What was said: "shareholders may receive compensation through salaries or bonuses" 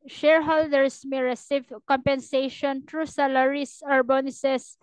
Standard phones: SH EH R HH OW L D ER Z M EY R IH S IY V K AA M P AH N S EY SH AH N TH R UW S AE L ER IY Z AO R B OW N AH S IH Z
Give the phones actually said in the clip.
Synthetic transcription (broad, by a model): SH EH R HH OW L D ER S M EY R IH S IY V K AA M P AH N S EY SH AH N T R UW S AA L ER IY S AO R B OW N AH S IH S